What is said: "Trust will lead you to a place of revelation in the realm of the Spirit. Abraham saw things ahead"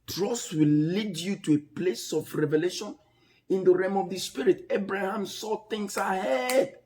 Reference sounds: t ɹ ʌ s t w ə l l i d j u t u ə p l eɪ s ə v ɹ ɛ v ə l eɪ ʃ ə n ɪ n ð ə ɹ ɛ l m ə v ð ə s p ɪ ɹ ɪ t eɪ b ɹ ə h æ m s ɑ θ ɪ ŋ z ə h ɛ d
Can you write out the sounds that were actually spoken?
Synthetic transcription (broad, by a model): t ɹ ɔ s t w ə l l i d j u t u ə p l eɪ s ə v ɹ ɛ v ə l eɪ ʃ ə n ɪ n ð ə ɹ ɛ m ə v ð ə s p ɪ ɹ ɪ t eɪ b ɹ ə h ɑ m s ɑ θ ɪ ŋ s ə h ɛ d